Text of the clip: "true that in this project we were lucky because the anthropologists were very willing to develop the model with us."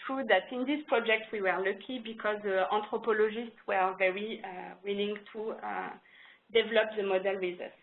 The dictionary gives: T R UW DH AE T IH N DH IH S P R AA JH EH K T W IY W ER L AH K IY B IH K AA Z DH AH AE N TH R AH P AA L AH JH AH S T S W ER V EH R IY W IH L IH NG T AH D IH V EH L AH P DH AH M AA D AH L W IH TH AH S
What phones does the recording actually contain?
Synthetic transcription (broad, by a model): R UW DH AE T IH N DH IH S P R AA JH EH K T W IY W ER L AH K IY B IH K AA Z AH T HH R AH P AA L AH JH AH S T S W ER V EH R IY W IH L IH NG T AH D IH V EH L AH P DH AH M AA D AH L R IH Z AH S